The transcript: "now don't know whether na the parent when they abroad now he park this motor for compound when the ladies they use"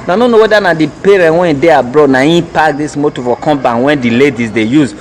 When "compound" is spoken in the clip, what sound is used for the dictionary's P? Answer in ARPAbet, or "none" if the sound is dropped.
B